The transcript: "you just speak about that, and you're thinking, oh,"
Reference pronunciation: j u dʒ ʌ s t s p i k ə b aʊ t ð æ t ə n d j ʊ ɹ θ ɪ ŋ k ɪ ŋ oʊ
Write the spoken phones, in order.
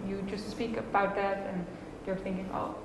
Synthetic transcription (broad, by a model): j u dʒ ʌ s t s p i k ə b aʊ t ð æ t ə n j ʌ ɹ θ ɪ ŋ k ɪ ŋ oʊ